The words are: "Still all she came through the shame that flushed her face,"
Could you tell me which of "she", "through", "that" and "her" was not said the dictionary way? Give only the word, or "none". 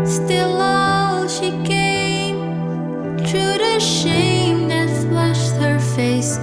through